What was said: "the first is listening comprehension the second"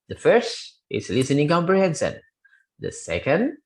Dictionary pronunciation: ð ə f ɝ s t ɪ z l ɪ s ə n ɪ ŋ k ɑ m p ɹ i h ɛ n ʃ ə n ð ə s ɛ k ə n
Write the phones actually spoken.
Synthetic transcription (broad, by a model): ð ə f ɝ s t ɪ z l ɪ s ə n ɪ ŋ k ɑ m p ɹ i h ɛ n s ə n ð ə s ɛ k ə n